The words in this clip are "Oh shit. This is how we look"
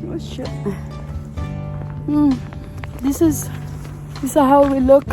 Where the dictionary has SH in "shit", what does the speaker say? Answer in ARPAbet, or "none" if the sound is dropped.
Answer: S